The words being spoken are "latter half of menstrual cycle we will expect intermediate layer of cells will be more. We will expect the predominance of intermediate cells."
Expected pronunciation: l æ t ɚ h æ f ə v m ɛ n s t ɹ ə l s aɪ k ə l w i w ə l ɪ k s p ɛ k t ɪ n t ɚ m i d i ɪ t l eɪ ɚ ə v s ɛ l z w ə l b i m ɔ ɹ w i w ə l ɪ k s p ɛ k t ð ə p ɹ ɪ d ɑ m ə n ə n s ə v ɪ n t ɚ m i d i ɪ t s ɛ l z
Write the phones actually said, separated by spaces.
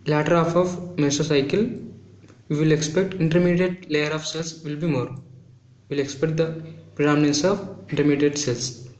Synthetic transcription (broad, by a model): l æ t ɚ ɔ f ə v m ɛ s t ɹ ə s aɪ k ə l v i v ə l ɪ k s p ɛ k t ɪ n t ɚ m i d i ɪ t l eɪ ɚ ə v s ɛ l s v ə l b i m ɔ ɹ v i l ɪ k s p ɛ k t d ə p ɹ ɪ d ɑ m ə n ə n s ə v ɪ n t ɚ m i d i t s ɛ l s